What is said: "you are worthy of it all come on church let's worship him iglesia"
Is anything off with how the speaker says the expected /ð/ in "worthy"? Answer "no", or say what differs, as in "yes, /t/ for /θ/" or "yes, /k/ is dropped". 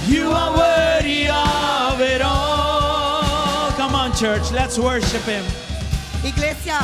yes, /ð/ is dropped